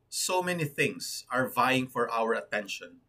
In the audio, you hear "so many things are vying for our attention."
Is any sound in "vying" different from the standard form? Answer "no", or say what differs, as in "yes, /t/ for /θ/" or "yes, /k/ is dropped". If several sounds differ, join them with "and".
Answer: no